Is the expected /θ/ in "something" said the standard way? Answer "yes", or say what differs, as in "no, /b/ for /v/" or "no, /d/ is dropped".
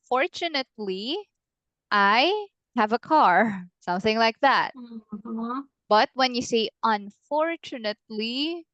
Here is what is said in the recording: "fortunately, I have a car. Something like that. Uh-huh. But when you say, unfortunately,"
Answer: yes